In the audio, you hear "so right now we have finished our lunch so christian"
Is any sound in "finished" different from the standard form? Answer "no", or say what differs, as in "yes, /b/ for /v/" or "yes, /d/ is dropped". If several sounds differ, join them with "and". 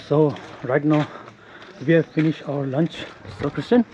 no